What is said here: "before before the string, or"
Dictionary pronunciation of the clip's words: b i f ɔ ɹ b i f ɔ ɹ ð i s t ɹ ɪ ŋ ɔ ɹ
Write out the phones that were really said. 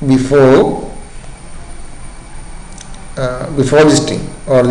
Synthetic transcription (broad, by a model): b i f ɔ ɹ b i f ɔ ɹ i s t ɪ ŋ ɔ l